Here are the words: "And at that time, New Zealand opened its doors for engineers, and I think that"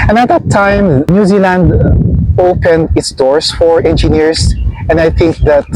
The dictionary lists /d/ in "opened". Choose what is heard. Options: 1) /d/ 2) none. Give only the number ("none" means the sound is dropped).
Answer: 1